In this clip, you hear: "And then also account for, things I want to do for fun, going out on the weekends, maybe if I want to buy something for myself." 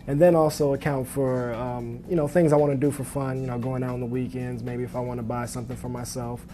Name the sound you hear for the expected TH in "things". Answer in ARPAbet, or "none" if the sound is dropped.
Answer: TH